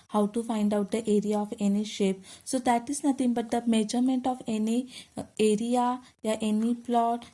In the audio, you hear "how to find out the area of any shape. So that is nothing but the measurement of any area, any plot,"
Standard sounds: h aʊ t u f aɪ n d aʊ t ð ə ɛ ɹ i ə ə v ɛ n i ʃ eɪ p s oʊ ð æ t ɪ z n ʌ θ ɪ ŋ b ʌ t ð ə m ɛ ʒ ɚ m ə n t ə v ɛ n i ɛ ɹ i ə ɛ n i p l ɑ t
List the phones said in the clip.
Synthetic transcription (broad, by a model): h aʊ t u f aɪ n d aʊ t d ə ɛ ɹ i ə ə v ɛ n i ʃ eɪ p s oʊ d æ t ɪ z n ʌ t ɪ ŋ b ʌ t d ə m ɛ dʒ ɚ m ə n t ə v ɛ n i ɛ ɹ i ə ɛ n i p l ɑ t